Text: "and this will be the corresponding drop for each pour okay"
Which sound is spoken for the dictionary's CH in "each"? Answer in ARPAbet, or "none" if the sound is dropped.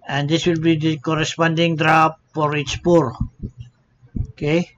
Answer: S